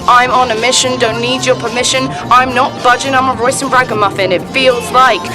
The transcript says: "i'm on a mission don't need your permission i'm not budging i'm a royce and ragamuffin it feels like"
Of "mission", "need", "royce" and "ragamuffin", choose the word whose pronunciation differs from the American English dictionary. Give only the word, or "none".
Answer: none